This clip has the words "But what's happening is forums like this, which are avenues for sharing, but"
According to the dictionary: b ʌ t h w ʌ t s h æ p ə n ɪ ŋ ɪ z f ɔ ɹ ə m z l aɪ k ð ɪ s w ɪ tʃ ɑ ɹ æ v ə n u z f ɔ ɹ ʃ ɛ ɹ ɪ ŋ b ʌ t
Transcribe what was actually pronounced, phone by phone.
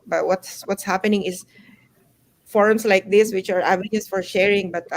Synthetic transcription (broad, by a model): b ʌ t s w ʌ t s h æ p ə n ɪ ŋ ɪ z f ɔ ɹ m s l aɪ k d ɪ s w ɪ tʃ ɑ ɹ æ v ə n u s f ɔ ɹ ʃ ɛ ɹ ɪ ŋ b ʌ t